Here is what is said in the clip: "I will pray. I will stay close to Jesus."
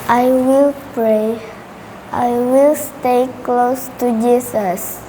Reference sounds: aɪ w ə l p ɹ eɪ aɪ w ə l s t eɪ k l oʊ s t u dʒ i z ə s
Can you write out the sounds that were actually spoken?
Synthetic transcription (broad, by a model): aɪ w ə l p ɹ eɪ aɪ w ə l s t eɪ k l oʊ s t u dʒ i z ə s